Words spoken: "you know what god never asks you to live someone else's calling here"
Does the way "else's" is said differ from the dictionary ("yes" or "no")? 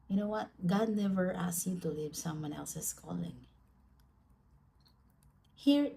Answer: yes